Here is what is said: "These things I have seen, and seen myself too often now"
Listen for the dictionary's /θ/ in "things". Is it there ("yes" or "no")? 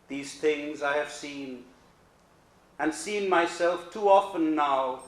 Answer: yes